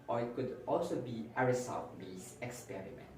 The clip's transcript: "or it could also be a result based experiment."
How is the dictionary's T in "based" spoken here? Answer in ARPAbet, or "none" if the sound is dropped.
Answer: none